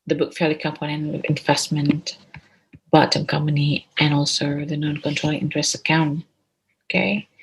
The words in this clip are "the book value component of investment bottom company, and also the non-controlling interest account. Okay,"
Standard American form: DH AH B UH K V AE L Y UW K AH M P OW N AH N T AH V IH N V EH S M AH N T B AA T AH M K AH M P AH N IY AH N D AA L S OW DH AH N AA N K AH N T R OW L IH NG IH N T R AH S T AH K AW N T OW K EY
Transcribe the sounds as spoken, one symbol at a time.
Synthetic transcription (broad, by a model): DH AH B UH K F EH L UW K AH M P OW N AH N AH V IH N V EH S M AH N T B AA T AH M K AH M P AH N IY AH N AA L S OW DH AH N AA N K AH N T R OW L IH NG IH N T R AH S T AH K AW N T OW K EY